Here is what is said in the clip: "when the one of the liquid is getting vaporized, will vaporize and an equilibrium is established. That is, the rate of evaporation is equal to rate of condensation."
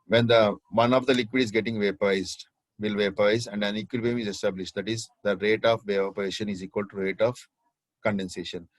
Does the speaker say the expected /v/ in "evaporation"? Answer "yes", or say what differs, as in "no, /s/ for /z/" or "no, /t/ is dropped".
no, /v/ is dropped